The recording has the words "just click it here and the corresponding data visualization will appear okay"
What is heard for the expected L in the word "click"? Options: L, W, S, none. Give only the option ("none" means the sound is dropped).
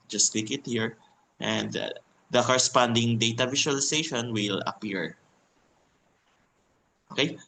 none